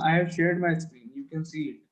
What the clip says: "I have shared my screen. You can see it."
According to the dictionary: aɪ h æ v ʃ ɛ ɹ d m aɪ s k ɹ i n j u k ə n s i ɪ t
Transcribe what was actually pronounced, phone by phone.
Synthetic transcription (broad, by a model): aɪ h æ v ʃ ɛ ɹ d m aɪ s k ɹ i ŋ j u k ə n s i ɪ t